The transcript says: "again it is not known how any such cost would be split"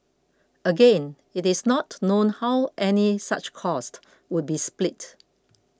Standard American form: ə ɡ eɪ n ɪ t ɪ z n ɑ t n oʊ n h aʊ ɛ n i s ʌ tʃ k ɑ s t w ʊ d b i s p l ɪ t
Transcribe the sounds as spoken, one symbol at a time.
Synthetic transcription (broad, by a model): ə ɡ eɪ n ɪ t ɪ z n ɑ t n oʊ n h aʊ ɛ n i s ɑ tʃ k ɑ s t w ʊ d b i s p l ɪ t